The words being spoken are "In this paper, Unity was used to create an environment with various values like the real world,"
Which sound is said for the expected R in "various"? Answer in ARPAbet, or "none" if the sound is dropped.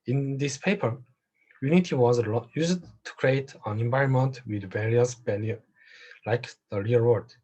R